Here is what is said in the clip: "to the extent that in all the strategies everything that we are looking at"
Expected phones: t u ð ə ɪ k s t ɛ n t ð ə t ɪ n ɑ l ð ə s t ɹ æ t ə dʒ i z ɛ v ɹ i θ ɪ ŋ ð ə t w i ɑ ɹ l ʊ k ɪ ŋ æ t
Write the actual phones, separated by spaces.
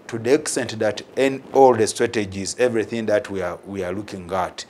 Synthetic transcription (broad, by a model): t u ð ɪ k s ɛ n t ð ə t ɪ n ɑ l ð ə s t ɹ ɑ t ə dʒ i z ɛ v ɹ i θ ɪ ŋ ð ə t w i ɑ w l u k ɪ ŋ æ t